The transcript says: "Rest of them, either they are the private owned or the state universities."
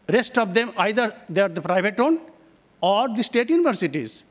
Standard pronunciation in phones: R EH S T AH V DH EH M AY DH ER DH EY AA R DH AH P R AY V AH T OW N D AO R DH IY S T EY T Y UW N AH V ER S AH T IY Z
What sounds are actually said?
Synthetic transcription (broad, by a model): R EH S T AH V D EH M AY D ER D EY R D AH P R AY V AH T OW N AO R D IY S T EY T Y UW N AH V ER S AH T IY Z